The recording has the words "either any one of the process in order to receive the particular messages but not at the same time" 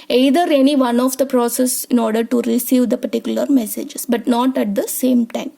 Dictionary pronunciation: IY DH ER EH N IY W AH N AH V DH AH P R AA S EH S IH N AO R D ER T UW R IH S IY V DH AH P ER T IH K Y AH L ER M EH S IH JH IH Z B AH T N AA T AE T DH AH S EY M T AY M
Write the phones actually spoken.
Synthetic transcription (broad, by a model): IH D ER EH N IY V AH N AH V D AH P R AA S EH S IH N AO R D ER T UW R IH S IY V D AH P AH T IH K Y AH L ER M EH S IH JH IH S B AH T N AA T AE T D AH S EY M T AY M